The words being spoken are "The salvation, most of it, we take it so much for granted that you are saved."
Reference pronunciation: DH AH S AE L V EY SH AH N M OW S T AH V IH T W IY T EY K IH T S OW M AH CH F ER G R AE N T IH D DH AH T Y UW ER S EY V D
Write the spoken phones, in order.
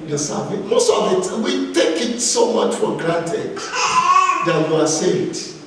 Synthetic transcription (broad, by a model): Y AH S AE V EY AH M OW S T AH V IH T W IY T EY K IH T S OW M AH CH F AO G R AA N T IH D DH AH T Y UW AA S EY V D